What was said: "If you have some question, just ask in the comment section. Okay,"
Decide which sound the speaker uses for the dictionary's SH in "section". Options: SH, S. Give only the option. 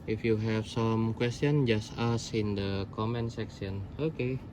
S